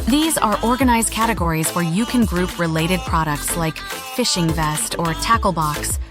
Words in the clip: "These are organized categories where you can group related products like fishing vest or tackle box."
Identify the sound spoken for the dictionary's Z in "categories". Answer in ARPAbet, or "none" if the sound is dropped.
Z